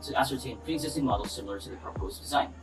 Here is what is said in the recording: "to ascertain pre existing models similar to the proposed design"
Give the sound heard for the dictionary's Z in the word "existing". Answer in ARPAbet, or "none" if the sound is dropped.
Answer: Z